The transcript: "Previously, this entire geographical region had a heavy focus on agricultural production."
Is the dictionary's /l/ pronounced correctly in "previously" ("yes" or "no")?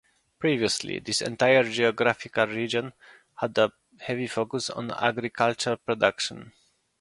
yes